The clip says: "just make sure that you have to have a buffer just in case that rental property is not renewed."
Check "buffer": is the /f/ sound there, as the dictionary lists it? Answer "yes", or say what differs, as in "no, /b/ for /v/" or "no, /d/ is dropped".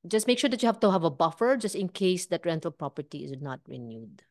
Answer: yes